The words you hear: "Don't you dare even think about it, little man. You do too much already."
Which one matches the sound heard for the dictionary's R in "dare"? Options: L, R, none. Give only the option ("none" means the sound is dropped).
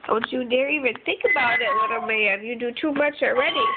R